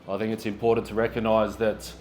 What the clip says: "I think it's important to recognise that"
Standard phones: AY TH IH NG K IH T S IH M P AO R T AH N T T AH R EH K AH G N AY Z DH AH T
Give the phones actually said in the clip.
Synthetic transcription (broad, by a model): AY TH IH NG K IH T S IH M P AO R T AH N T T AH R EH K AH G N AY Z DH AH T